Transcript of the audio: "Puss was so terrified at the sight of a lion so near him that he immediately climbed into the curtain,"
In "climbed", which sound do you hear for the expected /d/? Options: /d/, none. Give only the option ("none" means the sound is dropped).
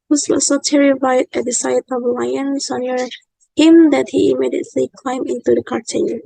none